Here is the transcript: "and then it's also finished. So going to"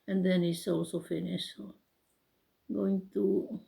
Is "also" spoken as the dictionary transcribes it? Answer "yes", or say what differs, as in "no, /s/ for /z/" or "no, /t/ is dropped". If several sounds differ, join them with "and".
no, /l/ is dropped